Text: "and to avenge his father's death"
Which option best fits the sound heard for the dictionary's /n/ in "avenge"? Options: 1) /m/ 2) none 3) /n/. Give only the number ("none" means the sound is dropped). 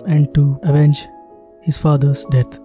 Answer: 3